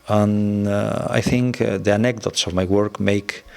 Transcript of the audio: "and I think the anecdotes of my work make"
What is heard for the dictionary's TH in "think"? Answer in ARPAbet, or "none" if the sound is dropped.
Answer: TH